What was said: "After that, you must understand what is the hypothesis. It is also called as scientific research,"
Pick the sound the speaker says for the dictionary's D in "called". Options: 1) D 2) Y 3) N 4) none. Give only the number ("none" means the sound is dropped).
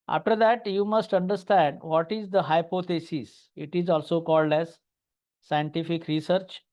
1